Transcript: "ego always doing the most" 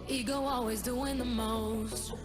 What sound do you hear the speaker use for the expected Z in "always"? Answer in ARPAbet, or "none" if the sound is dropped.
Z